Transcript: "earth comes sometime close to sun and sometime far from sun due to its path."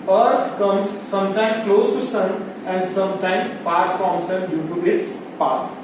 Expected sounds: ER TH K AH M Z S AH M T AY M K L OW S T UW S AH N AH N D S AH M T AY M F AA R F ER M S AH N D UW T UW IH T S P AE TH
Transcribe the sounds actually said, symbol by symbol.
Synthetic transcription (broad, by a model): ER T K AH M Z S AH M T AY M K L OW S T UW S AH N AH N D S AH M T AY M P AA R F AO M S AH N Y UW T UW IH T S P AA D